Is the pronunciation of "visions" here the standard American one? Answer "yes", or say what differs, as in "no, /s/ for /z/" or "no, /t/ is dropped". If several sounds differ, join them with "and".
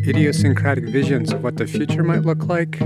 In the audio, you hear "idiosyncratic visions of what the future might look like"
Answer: yes